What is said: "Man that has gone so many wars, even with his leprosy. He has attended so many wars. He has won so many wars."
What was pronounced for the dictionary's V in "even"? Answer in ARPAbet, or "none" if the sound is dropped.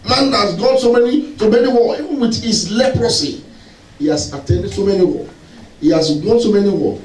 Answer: W